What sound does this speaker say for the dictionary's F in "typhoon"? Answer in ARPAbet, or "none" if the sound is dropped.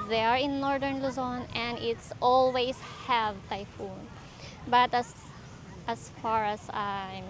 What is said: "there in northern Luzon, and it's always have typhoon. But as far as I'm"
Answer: F